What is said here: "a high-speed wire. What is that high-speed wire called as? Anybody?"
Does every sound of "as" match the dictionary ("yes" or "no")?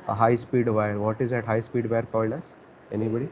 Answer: no